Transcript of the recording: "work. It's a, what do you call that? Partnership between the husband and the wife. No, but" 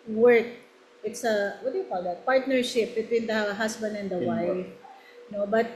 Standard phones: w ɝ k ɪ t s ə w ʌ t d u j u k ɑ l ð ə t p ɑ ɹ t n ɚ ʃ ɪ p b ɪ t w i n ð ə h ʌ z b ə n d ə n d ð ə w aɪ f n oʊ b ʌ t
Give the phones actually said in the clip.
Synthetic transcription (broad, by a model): w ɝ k ɪ t s ə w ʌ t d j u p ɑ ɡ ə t p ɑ ɹ t n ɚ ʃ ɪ p b ɪ t w i n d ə h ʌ s b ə n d ə n d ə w aɪ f n oʊ b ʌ t